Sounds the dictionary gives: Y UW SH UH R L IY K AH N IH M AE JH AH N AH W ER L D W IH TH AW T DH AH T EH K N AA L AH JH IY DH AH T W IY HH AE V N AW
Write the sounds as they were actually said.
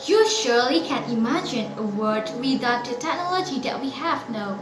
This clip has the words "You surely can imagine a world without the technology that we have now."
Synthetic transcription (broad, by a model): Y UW SH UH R L IY K AH N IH M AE JH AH N AH W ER D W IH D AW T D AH T EH K N AA L AH JH IY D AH T W IY HH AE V N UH